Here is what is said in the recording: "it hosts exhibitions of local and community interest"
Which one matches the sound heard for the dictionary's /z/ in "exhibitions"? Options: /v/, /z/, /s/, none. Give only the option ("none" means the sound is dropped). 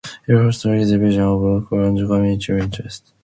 none